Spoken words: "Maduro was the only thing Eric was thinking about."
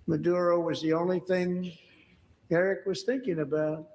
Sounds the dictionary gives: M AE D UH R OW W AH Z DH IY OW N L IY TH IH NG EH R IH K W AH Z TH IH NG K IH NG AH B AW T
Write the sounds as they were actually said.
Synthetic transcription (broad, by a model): M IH D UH R OW W AH Z DH IY OW N L IY TH IH NG EH R IH K W AH Z TH IH NG K IH NG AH B AW T